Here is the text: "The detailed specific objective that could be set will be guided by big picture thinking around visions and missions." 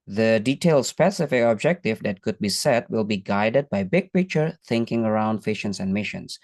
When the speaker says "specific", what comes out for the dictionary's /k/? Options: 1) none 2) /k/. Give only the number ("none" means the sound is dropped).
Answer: 1